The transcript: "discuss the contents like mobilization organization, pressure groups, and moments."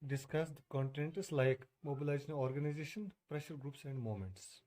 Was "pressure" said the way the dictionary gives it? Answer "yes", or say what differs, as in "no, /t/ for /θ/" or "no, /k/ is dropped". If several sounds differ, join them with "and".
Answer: yes